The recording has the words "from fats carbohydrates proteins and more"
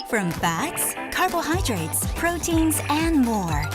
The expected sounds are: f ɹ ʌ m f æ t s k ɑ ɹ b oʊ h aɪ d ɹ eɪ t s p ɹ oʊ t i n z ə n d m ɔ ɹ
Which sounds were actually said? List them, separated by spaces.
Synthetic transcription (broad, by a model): f ɹ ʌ m f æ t s k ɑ ɹ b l h aɪ d ɹ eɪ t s p ɹ oʊ t i n z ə n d m ɔ ɹ